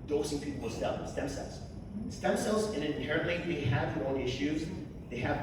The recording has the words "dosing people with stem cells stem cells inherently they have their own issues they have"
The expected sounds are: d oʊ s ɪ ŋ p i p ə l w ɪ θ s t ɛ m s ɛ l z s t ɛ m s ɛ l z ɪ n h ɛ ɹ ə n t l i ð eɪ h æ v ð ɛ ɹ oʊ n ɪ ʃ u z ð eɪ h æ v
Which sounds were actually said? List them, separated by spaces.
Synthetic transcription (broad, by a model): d oʊ s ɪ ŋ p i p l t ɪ s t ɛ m s ɛ l z s t ɛ m s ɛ l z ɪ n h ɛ ɹ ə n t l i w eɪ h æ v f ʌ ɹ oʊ l ɪ ʃ u z ð eɪ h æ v